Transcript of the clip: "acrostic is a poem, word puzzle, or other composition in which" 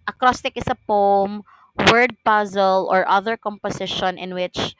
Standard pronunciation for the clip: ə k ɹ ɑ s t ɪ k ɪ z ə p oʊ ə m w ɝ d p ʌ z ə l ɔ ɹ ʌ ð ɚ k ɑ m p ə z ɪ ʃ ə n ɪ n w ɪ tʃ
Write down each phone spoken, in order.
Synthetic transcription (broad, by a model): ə k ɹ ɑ s t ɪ k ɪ s ə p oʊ m w ɝ d p ʌ z ə l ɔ ɹ ʌ ð ɚ k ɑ m p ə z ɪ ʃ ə n ɪ n w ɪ tʃ